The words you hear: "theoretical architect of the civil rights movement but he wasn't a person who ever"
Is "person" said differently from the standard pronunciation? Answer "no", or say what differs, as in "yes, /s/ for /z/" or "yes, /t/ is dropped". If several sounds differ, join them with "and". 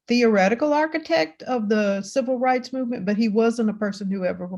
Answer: no